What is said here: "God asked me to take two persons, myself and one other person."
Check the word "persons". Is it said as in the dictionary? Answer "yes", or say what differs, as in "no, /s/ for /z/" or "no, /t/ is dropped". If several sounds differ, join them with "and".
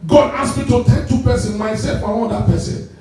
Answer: no, /z/ is dropped